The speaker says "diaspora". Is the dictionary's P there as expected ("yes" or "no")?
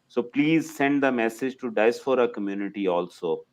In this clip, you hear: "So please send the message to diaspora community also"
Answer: no